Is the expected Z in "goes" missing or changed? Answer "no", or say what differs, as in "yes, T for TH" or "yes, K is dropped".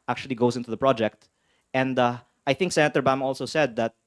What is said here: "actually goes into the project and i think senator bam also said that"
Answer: yes, S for Z